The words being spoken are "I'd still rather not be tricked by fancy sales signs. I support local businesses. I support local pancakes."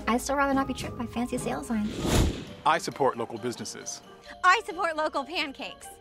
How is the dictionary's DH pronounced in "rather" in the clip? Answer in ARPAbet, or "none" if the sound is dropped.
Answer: none